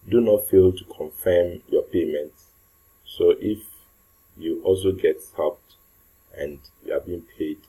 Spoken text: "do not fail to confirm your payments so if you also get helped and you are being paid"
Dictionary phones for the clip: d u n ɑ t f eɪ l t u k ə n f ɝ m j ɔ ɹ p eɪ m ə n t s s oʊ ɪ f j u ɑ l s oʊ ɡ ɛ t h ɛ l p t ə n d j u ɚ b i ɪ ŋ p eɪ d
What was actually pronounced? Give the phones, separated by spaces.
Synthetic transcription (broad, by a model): d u n ɑ t f eɪ l t u k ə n f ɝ m j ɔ p eɪ m ə n t s s oʊ ɪ f j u ɑ l s oʊ ɡ ɛ t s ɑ p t ə n d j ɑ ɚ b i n p eɪ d